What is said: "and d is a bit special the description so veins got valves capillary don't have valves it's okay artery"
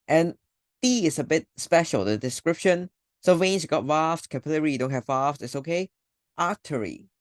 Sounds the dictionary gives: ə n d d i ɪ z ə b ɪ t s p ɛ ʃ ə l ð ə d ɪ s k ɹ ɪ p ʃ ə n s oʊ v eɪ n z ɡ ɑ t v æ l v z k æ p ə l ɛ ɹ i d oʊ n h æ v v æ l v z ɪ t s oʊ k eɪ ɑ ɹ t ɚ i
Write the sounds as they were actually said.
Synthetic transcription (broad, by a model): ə n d i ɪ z ə b ɪ t s p ɛ ʃ ə l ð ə d ɪ s k ɹ ɪ p ʃ ə n s oʊ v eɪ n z ɡ ɑ t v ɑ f k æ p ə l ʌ ɹ i d oʊ n h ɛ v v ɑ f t ɪ t s oʊ k eɪ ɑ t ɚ i